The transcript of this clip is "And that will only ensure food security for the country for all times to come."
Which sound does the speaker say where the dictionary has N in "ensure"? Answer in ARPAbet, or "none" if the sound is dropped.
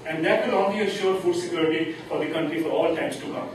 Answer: none